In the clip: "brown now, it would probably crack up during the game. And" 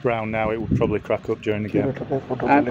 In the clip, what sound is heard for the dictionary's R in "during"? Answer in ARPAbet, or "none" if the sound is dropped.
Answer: R